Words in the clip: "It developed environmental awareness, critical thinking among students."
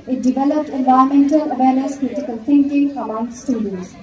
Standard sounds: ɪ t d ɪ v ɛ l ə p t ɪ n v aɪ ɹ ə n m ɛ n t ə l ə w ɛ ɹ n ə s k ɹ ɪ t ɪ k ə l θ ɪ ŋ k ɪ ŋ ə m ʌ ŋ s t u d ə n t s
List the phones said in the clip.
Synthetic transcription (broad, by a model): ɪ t d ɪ v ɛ l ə p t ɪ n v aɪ ə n m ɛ n t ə l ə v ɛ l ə s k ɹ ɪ t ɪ k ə l t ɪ ŋ k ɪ ŋ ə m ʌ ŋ s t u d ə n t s